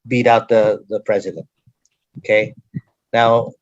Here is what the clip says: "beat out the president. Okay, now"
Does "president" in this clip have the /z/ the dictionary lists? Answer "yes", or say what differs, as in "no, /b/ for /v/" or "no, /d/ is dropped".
yes